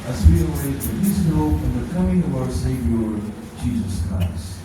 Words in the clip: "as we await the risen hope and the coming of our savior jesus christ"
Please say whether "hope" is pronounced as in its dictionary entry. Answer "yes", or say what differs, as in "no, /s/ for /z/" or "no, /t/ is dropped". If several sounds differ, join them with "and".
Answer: no, /f/ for /p/